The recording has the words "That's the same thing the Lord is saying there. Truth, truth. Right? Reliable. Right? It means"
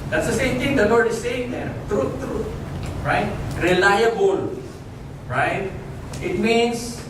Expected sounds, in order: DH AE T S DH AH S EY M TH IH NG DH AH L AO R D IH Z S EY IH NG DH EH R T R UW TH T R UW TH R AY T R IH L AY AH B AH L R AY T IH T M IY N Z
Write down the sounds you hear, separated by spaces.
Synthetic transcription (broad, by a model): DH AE T S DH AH S EY M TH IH NG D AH W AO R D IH S EY IH NG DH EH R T R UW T R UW T R AY T R IH L AY AH B AH L R AY T IH T M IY N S